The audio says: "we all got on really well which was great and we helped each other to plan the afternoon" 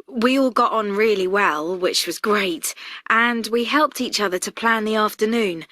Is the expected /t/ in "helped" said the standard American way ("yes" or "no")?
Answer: yes